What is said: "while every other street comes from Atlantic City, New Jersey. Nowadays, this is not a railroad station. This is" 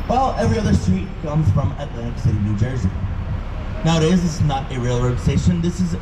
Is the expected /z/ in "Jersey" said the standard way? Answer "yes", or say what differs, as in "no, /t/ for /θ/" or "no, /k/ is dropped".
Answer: yes